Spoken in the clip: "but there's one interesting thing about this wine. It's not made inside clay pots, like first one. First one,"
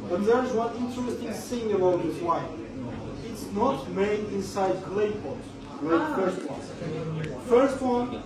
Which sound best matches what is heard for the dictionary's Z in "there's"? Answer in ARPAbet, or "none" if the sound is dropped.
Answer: Z